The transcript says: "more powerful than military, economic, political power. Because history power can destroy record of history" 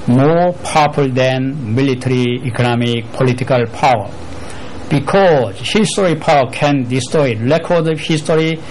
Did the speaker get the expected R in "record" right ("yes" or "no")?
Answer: no